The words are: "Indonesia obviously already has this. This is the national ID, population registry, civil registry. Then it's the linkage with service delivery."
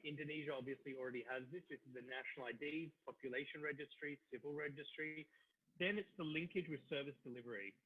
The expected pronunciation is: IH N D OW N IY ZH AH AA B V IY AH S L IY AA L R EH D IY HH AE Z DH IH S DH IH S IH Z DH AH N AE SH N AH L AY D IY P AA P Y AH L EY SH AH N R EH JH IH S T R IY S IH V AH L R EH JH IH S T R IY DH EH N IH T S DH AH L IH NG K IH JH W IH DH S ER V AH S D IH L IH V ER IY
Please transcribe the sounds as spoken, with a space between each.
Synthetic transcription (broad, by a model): IH N D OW N IY ZH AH AA B V IY AH S L IY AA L R EH D IY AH Z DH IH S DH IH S IH Z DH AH N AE SH N L AY D IY P AA P Y AH L EY SH AH N R EH JH IH S T R IY S IH V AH L R EH JH IH S T R IY DH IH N IH T S DH AH L IH NG K IH JH W IH DH S ER V AH S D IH L IH V ER IY